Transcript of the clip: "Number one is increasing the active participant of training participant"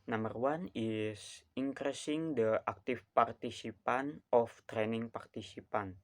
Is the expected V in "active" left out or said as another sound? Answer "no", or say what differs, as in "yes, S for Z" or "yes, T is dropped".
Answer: yes, F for V